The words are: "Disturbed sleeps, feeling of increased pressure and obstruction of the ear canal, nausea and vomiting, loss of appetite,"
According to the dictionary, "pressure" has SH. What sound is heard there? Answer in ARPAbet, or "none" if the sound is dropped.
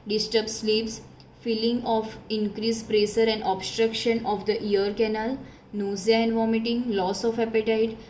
S